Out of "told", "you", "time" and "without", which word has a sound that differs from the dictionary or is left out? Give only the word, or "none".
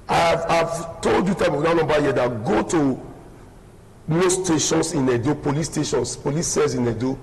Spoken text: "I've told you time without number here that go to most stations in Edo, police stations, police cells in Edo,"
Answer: without